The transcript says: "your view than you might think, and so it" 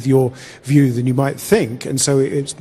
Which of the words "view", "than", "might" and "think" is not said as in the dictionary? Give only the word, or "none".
none